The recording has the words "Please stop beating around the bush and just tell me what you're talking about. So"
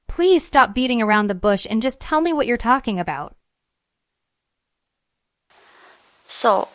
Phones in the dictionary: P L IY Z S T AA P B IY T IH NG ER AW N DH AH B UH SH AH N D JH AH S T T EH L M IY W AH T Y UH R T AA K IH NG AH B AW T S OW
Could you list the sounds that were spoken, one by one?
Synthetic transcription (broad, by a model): P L IY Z S T AA P B IY T IH NG ER AW N DH AH B UH SH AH N JH AH S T T EH L M IY W AH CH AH R T AA K IH NG AH B AW T S OW